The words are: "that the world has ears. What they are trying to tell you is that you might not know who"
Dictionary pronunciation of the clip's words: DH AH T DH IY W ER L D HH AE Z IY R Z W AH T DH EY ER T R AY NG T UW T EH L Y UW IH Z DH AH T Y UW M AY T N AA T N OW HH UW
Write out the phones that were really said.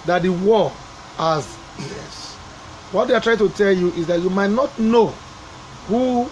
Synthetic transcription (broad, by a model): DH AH T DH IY W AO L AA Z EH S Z W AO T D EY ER T R AY NG T UW T EH L Y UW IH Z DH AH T Y UW M AY T N AA T N OW HH UW